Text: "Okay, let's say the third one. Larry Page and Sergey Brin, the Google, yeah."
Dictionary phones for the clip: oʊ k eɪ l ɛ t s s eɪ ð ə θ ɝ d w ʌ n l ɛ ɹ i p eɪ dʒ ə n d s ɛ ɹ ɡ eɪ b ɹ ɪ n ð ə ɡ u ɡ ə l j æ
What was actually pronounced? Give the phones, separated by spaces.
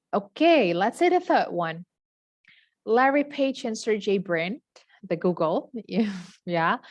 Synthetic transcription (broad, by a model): oʊ k eɪ l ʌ t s s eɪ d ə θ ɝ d w ʌ n l ɛ ɹ i p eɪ tʃ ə n s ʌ ɹ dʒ eɪ b ɹ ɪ n ð ə ɡ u ɡ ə l j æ